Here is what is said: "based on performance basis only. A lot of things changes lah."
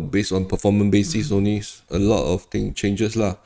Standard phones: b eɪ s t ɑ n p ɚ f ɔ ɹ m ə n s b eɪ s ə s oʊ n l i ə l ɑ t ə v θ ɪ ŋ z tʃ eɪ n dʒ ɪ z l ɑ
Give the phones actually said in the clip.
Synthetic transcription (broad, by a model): b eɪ s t ɑ n p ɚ f ɔ m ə n b eɪ s ə s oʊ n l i ə l ɑ t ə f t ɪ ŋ tʃ eɪ n dʒ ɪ s l ɑ